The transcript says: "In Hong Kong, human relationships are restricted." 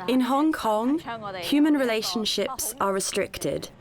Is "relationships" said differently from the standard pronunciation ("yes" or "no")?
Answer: no